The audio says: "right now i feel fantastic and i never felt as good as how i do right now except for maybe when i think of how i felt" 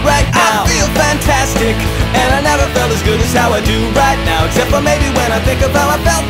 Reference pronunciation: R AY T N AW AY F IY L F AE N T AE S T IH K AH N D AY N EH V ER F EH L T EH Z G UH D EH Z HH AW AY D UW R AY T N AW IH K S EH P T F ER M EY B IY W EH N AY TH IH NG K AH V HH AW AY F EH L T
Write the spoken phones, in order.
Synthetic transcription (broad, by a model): R AY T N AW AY F IY L F AE N T AE S T IH K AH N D AY N EH V ER F EH L T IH Z G UH D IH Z HH AW AY D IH R AY T N AW IH K S EH P T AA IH M EY B IY W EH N AY TH IH NG K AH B AW AY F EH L